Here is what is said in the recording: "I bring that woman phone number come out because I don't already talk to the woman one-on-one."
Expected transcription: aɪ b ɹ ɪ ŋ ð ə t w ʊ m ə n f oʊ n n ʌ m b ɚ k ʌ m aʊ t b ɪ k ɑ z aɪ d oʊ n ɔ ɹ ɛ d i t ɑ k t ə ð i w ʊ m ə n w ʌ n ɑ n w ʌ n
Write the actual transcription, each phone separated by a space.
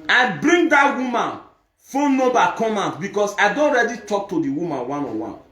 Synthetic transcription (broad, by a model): aɪ b ɹ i ŋ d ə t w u m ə n f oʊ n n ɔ b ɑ k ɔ m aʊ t b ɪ k ɑ s aɪ d oʊ n ɹ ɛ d i t ɑ k t ə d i w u m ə n w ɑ n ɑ w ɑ n